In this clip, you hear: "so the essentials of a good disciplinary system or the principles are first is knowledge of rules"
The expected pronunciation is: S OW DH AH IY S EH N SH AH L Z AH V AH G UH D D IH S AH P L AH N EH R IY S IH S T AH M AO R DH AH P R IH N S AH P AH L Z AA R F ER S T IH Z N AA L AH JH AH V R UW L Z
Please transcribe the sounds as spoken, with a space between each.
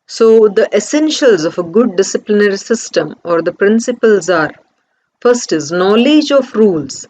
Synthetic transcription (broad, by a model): S OW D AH IY S EH N SH AH L Z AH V AH G UH D D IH S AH P L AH N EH R IY S IH S T AH M AO R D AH P R IH N S AH P AH L Z AA R F ER S T IH Z N AA L AH JH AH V R UW L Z